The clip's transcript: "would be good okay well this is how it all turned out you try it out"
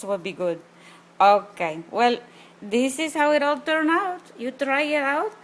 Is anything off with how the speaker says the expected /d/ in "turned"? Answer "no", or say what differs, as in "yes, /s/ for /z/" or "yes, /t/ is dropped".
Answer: yes, /d/ is dropped